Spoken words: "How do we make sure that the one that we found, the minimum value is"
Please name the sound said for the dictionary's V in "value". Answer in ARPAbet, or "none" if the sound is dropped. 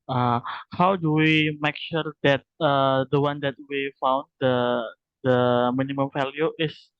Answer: F